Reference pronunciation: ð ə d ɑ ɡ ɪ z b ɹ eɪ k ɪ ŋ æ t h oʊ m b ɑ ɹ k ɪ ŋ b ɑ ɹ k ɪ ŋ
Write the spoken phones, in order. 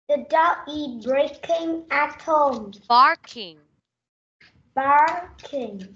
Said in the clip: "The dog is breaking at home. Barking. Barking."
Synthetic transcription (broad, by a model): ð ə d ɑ ɪ b ɹ eɪ k ɪ ŋ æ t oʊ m b ɑ ɹ k ɪ ŋ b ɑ ɹ k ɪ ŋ